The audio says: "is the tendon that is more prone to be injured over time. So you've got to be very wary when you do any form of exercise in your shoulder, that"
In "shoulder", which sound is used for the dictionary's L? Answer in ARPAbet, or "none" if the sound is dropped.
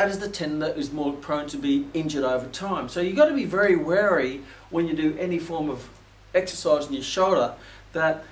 L